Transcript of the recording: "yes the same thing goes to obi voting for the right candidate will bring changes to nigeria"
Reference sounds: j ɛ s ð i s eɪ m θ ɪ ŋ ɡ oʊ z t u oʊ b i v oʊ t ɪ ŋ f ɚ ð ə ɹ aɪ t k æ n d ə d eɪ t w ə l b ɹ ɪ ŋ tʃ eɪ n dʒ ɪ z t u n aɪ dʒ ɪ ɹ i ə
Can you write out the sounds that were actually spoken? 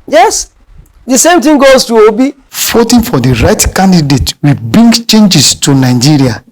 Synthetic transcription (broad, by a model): j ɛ s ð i s eɪ m t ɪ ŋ ɡ oʊ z t u oʊ b i f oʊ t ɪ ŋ f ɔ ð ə ɹ aɪ t k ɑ n d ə d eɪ t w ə b ɹ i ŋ tʃ eɪ n dʒ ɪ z t u n aɪ dʒ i ɹ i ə